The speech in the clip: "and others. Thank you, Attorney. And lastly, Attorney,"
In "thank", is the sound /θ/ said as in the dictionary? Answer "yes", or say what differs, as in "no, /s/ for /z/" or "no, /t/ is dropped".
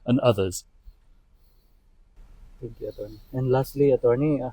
no, /t/ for /θ/